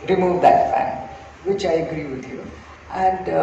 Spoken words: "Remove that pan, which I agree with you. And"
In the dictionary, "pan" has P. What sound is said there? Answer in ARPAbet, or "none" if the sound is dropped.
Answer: F